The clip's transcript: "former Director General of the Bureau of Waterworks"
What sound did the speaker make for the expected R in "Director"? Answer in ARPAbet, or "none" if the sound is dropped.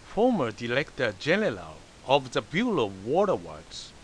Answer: L